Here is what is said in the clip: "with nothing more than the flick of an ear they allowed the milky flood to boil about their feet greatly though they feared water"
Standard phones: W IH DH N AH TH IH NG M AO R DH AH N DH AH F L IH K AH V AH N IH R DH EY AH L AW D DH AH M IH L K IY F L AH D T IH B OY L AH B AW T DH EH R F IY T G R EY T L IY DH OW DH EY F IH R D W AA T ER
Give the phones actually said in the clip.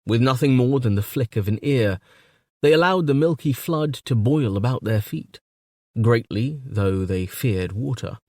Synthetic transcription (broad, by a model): W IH DH N AH TH IH NG M AO R DH AH N DH AH F L IH K AH V AH N IH R DH EY AH L AW D DH AH M IH L K IY F L AH D T IH B OY L AH B AW T DH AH R F IY T G R EY T L IY DH OW DH EY F IH R D W AA T ER